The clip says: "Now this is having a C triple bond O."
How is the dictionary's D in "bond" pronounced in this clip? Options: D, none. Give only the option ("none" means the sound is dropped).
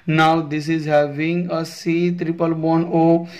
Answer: none